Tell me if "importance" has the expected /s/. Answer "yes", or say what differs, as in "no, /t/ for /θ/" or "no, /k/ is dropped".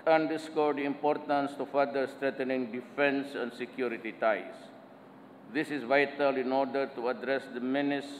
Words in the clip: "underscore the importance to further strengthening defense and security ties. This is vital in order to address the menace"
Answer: yes